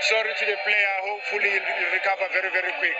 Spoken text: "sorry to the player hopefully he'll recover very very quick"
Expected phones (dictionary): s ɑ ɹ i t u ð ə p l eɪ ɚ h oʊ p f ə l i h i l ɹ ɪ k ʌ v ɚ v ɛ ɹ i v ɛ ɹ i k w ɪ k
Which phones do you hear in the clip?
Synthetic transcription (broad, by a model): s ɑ ɹ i t u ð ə p l eɪ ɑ h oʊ f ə l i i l ɹ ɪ k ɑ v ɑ v ɛ ɹ i v ɛ ɹ i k w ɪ k